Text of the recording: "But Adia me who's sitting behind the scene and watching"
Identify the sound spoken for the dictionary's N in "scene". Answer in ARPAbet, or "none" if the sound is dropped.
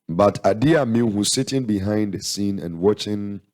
N